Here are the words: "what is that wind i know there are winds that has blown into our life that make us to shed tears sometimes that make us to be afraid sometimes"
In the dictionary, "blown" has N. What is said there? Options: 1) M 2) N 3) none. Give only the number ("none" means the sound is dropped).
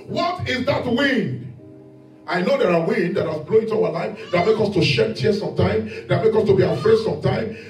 3